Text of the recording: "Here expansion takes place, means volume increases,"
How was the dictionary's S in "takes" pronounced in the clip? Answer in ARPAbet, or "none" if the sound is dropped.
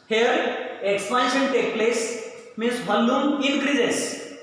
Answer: none